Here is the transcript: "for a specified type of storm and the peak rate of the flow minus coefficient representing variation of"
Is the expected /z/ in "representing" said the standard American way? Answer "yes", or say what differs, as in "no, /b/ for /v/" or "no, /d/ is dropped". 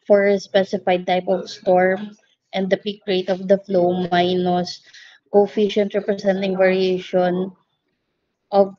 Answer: no, /s/ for /z/